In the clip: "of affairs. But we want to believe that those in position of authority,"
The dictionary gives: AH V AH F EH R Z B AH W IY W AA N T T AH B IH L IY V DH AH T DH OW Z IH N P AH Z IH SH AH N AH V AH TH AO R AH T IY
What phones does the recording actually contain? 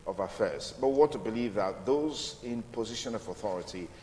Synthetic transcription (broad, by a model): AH V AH F EH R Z B AH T W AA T T AH B IH L IY V DH AH T DH OW Z IH N P AH Z IH SH AH N AH V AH TH AO R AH T IY